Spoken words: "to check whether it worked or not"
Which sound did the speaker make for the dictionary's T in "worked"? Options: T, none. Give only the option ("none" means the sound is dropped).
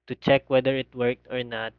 T